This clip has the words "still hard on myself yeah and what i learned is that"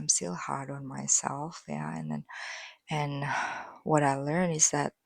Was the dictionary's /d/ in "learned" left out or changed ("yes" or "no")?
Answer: yes